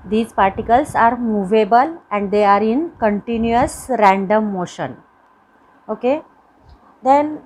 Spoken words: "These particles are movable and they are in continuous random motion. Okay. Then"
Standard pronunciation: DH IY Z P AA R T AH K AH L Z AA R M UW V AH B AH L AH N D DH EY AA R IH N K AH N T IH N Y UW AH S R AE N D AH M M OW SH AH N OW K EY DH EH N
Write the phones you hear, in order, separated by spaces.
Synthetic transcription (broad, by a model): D IY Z P AA R T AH K AH L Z AA R M UW V AH B AH L AH N D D EY AA R IH N K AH N T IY N Y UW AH S R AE N D AH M M OW SH AH N OW K EY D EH N